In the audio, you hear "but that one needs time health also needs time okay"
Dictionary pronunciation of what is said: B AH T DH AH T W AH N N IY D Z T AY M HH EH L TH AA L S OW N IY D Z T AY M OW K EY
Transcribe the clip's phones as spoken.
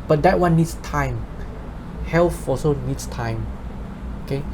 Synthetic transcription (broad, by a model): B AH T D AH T W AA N N IY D S T AY M HH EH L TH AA S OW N IY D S T AY M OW K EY